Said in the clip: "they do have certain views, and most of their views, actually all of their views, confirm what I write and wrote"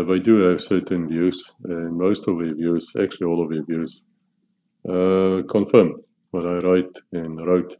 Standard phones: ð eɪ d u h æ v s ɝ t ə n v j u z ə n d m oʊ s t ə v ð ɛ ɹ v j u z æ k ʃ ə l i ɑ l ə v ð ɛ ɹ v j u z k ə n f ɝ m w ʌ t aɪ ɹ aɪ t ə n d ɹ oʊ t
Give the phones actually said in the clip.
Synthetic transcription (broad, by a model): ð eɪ d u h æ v s ɝ t ə n v j u z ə n m oʊ s t ə v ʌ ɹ v j u z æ k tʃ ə l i ɑ l ə v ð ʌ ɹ v j u z k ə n f ɝ m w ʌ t aɪ ɹ aɪ t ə n ɹ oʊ t